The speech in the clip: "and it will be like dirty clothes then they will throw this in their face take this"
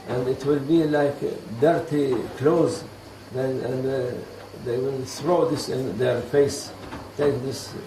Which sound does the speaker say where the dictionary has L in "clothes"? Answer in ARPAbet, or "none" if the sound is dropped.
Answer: L